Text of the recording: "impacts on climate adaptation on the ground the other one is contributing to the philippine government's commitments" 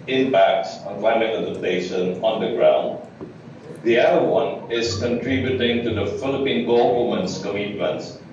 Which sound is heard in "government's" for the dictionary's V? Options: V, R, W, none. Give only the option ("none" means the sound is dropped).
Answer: W